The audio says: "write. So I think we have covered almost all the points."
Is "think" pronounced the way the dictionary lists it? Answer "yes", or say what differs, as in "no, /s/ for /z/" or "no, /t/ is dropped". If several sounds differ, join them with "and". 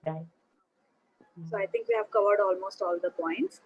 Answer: no, /t/ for /θ/